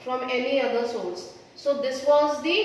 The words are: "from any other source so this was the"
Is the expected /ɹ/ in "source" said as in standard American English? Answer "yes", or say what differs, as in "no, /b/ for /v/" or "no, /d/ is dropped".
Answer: no, /l/ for /ɹ/